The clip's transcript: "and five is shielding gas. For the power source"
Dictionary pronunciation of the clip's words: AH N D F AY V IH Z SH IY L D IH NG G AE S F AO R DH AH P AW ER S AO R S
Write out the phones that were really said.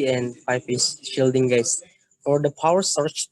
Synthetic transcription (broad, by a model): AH N D P AY P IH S SH IY L D IH NG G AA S F AO R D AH P AW ER S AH R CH